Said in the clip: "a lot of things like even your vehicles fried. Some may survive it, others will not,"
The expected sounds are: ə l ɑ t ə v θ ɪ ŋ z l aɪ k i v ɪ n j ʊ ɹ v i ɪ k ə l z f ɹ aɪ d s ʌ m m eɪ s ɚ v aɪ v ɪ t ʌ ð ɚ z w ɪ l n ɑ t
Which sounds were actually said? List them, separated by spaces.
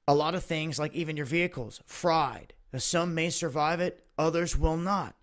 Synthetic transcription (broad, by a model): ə l ɑ t ə v θ ɪ ŋ z l aɪ k i v ɪ n j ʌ ɹ v i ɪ k l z f ɹ aɪ d s ʌ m m eɪ s ɚ v aɪ v ɪ t ʌ ð ɚ z w ɪ l n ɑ t